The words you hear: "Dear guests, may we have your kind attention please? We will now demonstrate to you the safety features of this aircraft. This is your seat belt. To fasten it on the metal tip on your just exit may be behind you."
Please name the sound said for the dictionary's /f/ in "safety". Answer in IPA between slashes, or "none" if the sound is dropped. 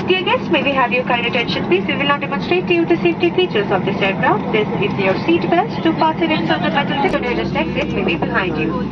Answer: none